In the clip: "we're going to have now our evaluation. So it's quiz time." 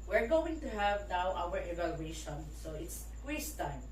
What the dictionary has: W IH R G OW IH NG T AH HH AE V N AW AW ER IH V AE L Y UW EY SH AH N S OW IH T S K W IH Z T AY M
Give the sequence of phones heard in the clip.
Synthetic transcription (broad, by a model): W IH R G OW IH NG T AH HH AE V N AW AW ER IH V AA L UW EY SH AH N S OW IH T S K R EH S T AY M